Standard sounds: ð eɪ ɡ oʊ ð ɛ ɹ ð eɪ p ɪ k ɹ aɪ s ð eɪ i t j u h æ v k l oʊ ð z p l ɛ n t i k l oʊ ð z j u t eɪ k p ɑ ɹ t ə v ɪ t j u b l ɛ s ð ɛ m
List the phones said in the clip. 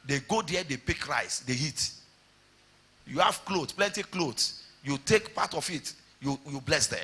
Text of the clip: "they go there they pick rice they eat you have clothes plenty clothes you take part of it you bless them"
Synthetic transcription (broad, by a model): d eɪ ɡ oʊ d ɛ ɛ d eɪ p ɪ k ɹ aɪ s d eɪ i t j u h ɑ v k l oʊ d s p l ɛ n t i k l oʊ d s j u t eɪ k p ɑ t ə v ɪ t j u b l ɛ s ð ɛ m